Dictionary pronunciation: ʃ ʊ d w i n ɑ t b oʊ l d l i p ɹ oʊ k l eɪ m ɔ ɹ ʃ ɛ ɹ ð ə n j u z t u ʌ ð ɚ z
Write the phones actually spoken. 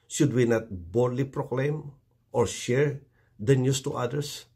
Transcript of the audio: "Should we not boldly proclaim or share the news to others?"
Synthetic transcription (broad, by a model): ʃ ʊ d w i n ɑ t b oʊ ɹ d l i p ɹ oʊ k l eɪ m ɔ ɹ ʃ ɛ ɹ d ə n j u s t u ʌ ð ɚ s